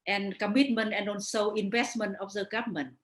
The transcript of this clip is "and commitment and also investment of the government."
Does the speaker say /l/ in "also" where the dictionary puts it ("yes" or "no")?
no